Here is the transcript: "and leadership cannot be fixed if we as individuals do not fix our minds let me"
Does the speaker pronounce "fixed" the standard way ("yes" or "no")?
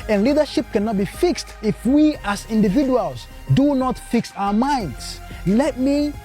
yes